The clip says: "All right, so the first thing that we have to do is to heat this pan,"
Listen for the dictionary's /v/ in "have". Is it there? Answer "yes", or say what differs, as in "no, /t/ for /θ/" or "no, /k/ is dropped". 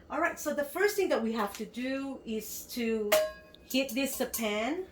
no, /f/ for /v/